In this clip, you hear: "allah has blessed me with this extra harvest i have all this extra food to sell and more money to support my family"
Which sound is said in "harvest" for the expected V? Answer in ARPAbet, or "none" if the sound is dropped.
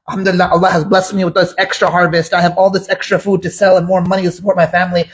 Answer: V